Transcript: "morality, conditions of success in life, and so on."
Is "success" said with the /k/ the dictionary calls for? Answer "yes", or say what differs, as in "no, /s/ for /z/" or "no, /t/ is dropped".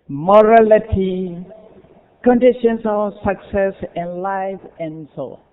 yes